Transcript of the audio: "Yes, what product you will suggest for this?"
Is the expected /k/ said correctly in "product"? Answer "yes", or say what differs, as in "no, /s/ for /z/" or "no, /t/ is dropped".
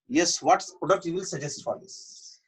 no, /k/ is dropped